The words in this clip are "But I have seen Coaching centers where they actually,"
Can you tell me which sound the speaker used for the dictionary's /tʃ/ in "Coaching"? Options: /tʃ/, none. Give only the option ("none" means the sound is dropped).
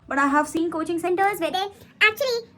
/tʃ/